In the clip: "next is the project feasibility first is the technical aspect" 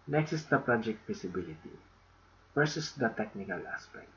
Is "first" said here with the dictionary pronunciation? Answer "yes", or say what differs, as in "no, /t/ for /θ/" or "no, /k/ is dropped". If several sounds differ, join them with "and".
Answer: no, /t/ is dropped